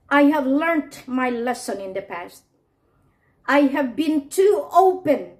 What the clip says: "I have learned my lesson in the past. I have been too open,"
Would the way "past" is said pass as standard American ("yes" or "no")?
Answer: yes